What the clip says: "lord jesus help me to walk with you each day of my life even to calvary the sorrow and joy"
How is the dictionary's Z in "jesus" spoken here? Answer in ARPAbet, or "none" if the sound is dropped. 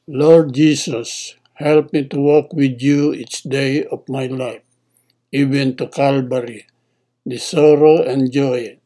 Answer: S